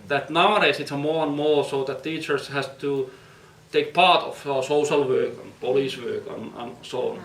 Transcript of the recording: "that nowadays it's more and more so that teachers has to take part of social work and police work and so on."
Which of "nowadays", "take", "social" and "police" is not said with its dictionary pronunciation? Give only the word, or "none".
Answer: nowadays